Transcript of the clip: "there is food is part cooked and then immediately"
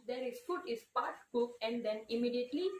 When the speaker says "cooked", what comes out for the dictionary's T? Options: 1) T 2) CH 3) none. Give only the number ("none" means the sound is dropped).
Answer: 3